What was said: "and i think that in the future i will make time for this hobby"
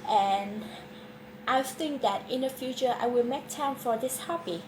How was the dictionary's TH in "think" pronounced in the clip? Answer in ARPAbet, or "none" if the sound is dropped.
TH